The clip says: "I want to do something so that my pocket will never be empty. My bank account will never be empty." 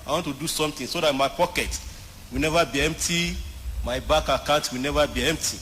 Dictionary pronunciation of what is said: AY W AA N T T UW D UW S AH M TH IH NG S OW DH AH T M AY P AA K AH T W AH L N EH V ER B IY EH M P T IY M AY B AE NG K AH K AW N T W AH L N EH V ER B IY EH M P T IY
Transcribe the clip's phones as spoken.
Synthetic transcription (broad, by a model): AY W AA N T T UW D UW S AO M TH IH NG S OW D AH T M AY P AA K AH T W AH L N EH V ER B IY EH M P T IY M AY B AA K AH K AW T W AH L N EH V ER B IY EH M P T IY